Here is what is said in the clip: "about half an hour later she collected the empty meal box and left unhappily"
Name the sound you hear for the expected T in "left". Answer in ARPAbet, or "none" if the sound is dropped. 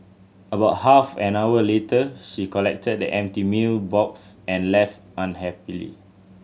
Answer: T